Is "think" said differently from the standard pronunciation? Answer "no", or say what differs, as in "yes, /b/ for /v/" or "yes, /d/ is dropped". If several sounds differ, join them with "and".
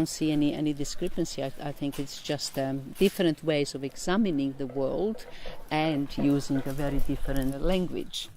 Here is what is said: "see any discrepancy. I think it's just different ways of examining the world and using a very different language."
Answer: no